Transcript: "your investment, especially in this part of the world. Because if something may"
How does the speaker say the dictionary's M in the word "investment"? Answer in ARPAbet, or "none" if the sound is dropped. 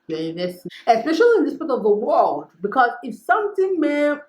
none